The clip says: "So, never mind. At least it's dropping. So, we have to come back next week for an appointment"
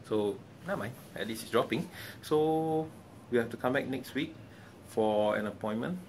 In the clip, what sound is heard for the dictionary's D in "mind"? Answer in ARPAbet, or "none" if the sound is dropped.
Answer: none